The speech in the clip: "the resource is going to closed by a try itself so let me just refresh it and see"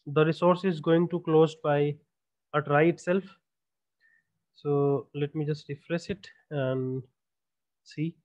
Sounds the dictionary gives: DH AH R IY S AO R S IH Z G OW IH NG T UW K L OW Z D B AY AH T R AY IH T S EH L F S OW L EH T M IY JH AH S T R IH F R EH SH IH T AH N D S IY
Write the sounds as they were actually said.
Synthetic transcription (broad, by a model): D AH R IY S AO R S IH Z G OW IH NG T UW K L OW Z B AY AH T R AY IH T S EH L F S OW L EH T M IY JH AH S T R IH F R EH S IH T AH N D S IY